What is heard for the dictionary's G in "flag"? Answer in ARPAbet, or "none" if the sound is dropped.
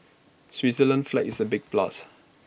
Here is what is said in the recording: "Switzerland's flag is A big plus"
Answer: none